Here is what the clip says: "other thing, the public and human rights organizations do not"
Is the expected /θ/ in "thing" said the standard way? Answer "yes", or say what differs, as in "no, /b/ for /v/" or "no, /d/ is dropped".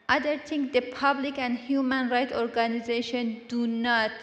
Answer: no, /t/ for /θ/